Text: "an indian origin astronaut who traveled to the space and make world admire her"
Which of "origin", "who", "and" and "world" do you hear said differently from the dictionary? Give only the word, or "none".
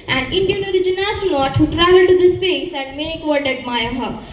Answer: world